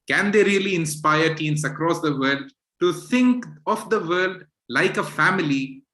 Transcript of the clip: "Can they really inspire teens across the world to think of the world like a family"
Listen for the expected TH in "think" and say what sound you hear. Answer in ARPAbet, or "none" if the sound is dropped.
T